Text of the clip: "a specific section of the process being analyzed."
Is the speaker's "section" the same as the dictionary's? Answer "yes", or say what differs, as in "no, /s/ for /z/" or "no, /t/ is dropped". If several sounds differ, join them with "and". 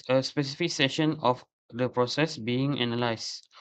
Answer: no, /k/ is dropped